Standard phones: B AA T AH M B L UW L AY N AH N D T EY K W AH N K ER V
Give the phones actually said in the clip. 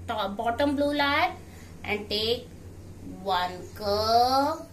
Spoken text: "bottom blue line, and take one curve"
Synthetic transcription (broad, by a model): B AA T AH M B L UW L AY AH N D T EY K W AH N K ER